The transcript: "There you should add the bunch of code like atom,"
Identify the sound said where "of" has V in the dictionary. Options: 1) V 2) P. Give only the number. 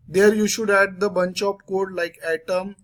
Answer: 2